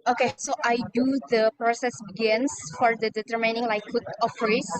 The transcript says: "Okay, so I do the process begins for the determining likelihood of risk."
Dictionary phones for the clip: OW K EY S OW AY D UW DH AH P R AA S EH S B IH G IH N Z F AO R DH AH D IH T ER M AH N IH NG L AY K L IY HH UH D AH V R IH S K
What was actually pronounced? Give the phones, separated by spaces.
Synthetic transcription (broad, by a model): OW K EY S OW AY D UW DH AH P R AA S EH S B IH G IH N S F AO R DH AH D IH T ER M AH N IH NG L AY K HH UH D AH F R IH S